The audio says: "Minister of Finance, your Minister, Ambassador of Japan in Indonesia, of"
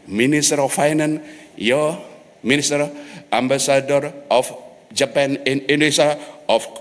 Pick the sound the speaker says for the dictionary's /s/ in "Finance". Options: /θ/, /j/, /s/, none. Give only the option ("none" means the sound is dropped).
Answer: none